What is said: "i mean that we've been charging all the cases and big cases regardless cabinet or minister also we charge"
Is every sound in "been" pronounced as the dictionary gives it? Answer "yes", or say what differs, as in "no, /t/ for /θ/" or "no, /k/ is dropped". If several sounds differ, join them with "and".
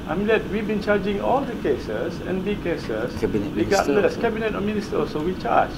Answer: yes